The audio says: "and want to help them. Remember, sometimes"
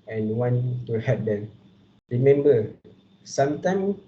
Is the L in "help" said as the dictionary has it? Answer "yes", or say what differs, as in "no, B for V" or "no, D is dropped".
no, L is dropped